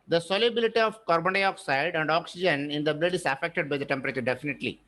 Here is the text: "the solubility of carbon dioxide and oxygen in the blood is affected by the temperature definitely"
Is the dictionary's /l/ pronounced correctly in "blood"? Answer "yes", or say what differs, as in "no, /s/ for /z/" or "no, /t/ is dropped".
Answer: yes